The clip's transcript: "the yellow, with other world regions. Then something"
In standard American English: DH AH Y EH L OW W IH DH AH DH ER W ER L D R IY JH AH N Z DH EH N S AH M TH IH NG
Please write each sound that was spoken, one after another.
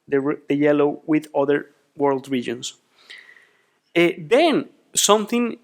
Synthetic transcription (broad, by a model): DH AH Y EH L OW W IH DH AH DH ER W ER L D R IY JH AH N S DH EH N S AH M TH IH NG